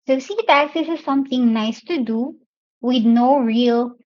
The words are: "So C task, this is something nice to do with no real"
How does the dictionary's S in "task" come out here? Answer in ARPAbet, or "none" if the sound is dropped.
none